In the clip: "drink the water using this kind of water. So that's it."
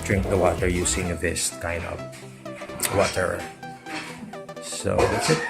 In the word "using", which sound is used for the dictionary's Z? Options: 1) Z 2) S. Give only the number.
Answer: 2